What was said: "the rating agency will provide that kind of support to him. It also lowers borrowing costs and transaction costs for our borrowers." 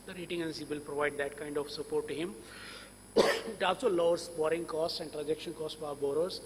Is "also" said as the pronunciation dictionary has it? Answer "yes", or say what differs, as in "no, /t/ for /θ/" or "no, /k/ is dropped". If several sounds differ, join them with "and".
no, /l/ is dropped